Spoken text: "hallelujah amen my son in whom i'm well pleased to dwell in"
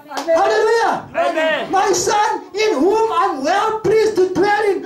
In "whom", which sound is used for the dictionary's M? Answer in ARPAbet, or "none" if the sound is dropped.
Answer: M